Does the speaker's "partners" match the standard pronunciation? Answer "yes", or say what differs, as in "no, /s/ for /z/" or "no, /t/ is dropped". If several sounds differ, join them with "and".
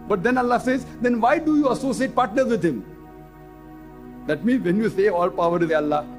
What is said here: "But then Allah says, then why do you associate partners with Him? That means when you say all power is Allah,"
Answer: yes